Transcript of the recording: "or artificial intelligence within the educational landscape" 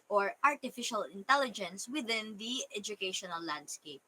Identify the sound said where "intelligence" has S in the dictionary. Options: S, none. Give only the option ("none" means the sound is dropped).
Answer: S